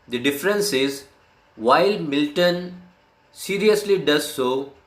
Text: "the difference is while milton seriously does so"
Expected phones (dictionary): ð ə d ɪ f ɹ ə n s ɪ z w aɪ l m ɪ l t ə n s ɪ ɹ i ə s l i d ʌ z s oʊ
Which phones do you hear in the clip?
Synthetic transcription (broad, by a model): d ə d ɪ f ɹ ə n s ɪ z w aɪ l m ɪ l t ə n s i ɹ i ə s l i d ʌ z s oʊ